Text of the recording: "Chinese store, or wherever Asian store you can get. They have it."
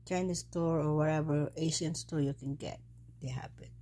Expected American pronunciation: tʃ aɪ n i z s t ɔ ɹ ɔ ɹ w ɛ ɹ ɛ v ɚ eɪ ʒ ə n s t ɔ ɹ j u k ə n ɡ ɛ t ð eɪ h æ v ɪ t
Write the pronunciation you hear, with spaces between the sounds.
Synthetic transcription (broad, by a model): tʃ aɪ n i s t ɔ ɹ ɔ ɹ w ɛ ɹ ɛ v ɚ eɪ ʃ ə n s t ɔ ɹ j u k ə n ɡ ɛ t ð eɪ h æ p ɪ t